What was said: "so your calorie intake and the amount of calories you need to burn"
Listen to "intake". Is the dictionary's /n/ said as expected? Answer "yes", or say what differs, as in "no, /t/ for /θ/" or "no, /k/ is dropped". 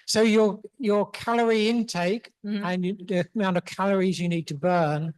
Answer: yes